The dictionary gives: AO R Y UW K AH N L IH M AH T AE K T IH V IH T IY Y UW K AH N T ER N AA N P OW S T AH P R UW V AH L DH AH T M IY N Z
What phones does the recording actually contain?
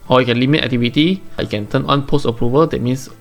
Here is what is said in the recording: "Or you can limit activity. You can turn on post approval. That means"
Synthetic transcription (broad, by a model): AO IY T K AH N L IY M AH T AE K T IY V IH T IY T K AH N T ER N AA N P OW S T AH P R UW V AH L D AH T M IY N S